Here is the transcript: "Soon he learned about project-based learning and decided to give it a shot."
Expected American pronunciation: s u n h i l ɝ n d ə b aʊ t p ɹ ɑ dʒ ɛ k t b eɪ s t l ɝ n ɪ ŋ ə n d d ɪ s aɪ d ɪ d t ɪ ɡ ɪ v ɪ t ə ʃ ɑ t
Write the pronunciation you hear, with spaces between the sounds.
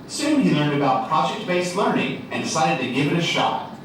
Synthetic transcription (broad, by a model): s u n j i l ɝ n d ə b aʊ t p ɹ ɑ dʒ ɛ k t b eɪ s t l ɝ n ɪ ŋ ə n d d ɪ s aɪ d ɪ d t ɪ ɡ ɪ v ɪ t ə ʃ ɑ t